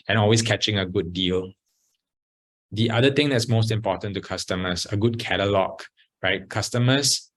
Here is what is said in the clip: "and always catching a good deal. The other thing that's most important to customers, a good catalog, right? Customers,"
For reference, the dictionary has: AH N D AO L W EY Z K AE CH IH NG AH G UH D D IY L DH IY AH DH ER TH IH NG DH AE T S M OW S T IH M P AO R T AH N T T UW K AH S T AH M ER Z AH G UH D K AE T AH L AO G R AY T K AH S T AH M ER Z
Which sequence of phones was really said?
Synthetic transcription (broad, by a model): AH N AO L W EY S K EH CH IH NG AH G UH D D IY L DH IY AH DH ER T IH NG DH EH T S M OW S T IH M P AO T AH N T T UW K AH S T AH M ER S AH G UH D K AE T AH L AO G R AY T K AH S T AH M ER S